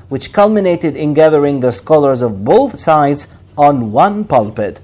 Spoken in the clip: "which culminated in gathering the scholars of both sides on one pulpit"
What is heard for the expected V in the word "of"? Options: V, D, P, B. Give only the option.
V